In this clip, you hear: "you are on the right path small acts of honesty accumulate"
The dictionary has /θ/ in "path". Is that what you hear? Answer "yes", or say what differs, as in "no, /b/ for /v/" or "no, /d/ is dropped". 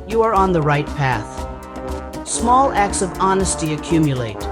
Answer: yes